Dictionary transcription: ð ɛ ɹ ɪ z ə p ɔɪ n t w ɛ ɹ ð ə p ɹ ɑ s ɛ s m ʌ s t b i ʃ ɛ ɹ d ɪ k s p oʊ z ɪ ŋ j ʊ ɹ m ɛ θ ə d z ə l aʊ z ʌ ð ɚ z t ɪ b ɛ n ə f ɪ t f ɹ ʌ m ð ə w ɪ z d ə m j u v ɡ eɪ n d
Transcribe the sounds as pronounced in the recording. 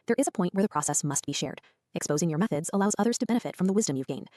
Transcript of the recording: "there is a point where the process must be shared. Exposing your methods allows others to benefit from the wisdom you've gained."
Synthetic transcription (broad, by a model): ð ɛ ɹ ɪ z ə p ɔɪ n t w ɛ ɹ ð ə p ɹ ɑ s ɛ s m ʌ s t b i ʃ ɛ ɹ d ɪ k s p oʊ z ɪ ŋ j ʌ ɹ m ɛ θ ə d z ə l aʊ z ʌ ð ɚ z t ɪ b ɛ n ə f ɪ t f ɹ ʌ m ð ə w ɪ z d ə m j u v ɡ eɪ n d